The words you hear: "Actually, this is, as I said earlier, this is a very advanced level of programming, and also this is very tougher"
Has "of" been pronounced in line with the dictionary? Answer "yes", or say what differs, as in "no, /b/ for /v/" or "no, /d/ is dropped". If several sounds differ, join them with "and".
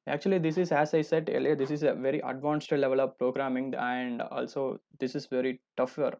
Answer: yes